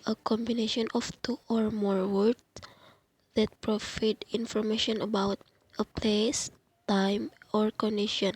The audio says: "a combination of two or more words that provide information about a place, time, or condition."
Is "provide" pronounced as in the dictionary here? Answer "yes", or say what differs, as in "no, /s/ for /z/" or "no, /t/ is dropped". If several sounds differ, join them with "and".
no, /f/ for /v/